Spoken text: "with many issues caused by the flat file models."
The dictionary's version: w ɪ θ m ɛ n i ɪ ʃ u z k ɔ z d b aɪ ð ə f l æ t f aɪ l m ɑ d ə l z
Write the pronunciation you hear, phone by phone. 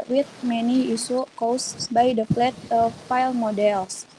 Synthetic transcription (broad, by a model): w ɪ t m ɛ n i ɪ s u k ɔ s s b aɪ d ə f l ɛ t f aɪ l m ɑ d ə l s